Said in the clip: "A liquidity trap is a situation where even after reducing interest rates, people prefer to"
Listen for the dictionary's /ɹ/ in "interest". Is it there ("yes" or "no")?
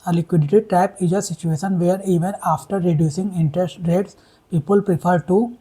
yes